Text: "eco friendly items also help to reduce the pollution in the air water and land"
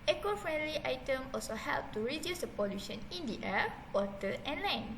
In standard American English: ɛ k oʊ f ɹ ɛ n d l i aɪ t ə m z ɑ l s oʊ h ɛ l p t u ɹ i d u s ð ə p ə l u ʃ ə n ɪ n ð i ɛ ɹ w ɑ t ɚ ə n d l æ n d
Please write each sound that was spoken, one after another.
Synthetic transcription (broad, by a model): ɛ k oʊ f ɹ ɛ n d l i aɪ t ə m ɑ l s oʊ h ɛ l p t u ɹ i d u s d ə p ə l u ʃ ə n ɪ n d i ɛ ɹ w ɑ t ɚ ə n l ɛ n